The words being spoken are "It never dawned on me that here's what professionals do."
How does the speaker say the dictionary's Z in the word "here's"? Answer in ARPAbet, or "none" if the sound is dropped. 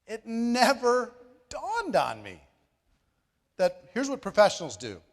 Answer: Z